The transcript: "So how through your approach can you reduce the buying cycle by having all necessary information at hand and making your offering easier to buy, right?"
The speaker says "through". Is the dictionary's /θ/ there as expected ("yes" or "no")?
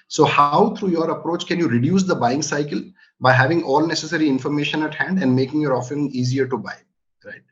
no